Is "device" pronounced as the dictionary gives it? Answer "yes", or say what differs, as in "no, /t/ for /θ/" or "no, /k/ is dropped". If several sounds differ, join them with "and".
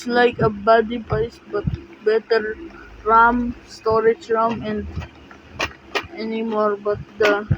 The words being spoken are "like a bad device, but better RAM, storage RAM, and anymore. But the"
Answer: no, /p/ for /v/